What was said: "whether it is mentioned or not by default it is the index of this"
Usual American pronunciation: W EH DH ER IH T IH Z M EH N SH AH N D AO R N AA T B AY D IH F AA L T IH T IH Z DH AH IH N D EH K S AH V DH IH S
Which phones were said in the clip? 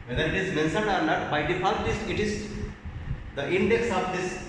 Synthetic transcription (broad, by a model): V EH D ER IH T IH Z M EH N S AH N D AO R N AA T B AY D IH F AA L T IH T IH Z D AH IH N D EH K S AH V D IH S